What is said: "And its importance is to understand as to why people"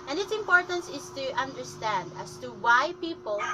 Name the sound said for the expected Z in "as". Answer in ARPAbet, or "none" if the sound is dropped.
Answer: S